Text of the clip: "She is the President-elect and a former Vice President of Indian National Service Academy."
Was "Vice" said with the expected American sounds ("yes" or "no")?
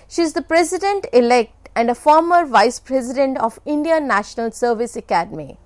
yes